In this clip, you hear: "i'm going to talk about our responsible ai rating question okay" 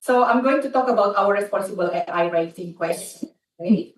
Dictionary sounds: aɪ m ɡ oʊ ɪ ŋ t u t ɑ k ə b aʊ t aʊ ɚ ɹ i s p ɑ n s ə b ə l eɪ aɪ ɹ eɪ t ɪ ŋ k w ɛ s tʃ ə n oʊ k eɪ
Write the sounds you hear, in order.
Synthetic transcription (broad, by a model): aɪ m ɡ oʊ ɪ ŋ t u t ɑ k ə b aʊ t aʊ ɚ ɹ i s p ɑ n s ə b ə l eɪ aɪ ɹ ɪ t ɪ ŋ k w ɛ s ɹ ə ɪ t